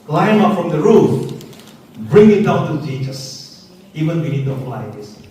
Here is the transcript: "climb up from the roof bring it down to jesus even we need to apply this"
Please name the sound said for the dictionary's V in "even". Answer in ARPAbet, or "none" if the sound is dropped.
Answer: V